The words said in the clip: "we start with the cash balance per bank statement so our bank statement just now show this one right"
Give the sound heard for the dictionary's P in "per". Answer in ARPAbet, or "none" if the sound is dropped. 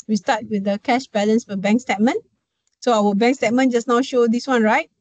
F